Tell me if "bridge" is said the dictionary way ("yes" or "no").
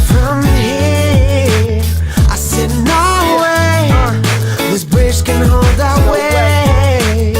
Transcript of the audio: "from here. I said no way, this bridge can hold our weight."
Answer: no